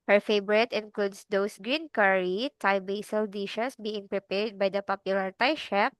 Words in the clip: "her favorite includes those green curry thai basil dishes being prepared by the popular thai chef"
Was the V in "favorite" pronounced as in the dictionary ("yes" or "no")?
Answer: no